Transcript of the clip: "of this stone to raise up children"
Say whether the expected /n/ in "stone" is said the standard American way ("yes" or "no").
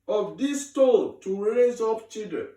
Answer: no